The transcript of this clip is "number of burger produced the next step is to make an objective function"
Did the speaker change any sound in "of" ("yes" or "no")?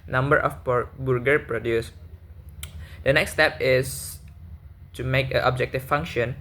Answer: yes